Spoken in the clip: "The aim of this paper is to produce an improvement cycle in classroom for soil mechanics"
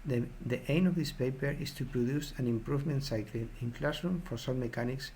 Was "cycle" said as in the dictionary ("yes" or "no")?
no